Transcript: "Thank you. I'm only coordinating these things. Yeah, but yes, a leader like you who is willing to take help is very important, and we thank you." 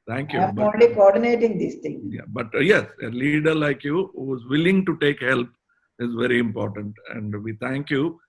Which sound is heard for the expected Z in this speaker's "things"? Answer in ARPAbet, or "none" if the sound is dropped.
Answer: none